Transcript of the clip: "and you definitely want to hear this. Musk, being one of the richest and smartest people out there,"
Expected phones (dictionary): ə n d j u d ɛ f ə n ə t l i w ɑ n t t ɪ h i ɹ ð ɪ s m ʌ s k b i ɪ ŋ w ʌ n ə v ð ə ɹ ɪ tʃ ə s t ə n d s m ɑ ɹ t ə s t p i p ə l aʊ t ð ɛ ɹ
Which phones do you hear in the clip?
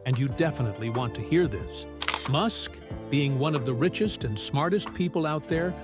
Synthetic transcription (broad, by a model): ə n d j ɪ d ɛ f ə n ə t l i w ɑ n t t ɪ h i ɹ ð ɪ s m ʌ s k b i ɪ ŋ w ʌ n ə v ð ə ɹ ɪ tʃ ə s t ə n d s m ɑ ɹ t ə s t p i p l aʊ t ð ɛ ɹ